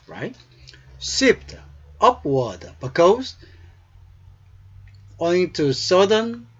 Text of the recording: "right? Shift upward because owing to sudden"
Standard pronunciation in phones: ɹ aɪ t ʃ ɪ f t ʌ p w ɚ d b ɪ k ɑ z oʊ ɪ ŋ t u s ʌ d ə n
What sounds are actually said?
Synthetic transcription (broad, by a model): ɹ aɪ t s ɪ p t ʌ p w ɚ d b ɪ k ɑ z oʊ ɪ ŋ t u s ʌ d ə n